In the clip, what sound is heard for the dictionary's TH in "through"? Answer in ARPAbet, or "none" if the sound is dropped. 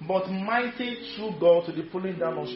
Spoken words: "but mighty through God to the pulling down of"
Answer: T